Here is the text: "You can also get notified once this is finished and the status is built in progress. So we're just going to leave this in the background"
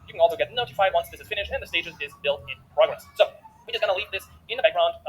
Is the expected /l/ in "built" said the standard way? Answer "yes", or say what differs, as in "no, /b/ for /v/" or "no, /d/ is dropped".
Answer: yes